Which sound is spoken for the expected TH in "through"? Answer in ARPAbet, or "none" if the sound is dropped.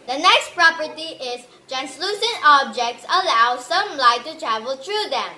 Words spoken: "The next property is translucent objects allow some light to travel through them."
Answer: T